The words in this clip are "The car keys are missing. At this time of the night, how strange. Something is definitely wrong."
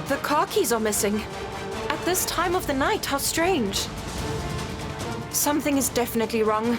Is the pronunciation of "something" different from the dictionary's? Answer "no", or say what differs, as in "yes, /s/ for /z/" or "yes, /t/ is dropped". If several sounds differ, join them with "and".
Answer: no